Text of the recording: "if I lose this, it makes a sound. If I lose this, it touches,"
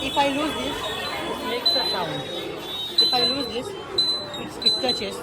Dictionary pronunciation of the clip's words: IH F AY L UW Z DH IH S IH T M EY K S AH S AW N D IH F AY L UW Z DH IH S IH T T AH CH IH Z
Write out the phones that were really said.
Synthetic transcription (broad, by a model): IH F AY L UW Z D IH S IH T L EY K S AH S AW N IH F AY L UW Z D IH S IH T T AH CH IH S